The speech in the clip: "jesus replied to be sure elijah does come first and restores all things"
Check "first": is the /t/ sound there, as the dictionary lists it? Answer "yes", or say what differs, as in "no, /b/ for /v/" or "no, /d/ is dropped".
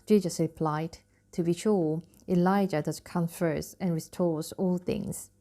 no, /t/ is dropped